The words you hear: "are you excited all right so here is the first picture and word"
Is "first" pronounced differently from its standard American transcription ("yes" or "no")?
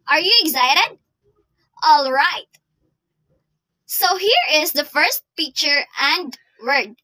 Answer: no